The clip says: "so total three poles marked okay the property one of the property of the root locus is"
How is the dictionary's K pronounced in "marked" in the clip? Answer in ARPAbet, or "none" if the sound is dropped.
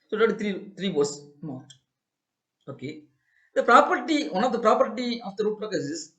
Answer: none